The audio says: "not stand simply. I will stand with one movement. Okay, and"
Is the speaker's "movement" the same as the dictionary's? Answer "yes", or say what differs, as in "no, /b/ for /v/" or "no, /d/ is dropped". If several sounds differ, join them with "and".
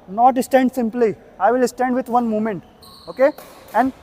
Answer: no, /v/ is dropped